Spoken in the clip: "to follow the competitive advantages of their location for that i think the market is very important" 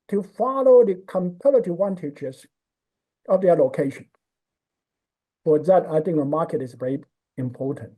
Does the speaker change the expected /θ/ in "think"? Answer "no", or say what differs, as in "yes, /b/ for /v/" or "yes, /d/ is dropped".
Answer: no